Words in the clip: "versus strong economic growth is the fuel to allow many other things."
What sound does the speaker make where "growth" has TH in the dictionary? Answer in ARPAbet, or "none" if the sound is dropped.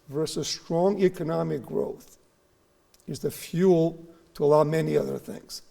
TH